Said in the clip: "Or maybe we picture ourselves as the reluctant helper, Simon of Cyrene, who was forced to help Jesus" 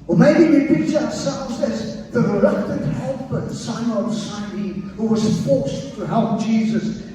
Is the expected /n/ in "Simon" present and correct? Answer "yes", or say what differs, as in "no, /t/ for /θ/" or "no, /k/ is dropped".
no, /n/ is dropped